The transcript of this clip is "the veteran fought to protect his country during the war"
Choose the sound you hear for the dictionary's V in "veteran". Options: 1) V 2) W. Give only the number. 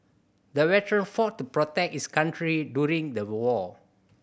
2